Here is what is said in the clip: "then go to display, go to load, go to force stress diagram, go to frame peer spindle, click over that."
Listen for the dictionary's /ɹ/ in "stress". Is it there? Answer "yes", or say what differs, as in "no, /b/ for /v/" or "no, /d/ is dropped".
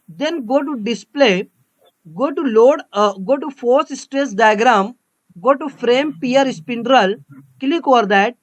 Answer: yes